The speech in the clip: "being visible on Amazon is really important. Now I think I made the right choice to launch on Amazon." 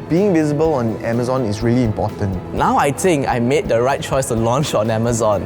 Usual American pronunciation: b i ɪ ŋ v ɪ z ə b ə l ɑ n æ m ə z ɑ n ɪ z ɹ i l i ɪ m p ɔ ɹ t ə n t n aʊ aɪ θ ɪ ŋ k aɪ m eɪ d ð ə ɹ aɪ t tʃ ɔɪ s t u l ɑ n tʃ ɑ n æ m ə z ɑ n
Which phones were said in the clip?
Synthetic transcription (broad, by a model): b i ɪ ŋ v ɪ z ə b ə l ɑ n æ m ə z ɑ n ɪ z ɹ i l i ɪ m p ɔ t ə n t n aʊ aɪ t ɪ ŋ k aɪ m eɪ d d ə ɹ aɪ t tʃ ɔɪ s t u l ɑ n tʃ ɑ n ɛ m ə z ɑ n